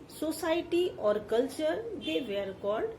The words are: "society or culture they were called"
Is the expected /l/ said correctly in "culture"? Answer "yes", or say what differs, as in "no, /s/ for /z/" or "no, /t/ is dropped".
yes